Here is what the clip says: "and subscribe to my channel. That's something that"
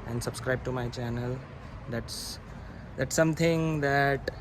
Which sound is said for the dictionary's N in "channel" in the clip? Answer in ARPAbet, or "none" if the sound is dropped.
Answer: N